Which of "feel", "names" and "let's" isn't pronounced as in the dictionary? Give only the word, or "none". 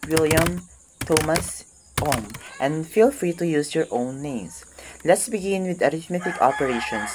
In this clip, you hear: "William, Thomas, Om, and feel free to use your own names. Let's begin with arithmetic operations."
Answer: names